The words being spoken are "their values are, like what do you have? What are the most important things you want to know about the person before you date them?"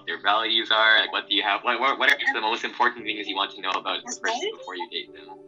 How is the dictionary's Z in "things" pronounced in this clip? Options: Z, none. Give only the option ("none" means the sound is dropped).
Z